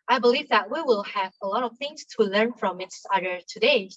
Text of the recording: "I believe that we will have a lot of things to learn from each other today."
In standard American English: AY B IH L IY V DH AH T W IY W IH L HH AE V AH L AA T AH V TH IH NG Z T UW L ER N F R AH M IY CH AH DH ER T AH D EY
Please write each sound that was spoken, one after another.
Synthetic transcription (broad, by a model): AY B IH L IY V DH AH T W IY W IH L HH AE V AH L AA T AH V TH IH NG S T UW L ER N F R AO M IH S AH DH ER T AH D EY